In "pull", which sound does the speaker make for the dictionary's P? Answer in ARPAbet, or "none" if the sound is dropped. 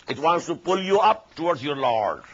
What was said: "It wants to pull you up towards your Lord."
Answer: P